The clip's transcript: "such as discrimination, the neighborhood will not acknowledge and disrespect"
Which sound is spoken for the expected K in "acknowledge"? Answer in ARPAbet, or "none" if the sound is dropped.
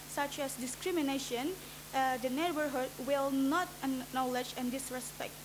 none